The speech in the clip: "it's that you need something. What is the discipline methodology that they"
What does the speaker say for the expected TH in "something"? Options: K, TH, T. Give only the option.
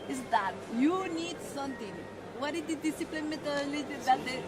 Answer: T